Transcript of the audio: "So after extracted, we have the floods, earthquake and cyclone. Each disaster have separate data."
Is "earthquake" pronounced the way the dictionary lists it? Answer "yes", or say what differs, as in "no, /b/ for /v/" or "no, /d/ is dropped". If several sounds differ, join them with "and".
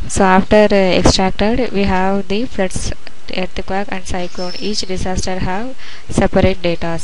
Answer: no, /t/ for /θ/